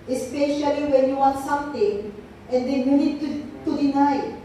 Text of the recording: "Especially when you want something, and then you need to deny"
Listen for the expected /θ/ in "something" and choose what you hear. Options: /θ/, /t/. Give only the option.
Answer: /t/